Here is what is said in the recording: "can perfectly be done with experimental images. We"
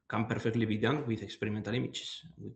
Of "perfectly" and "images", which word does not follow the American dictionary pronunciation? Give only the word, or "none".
images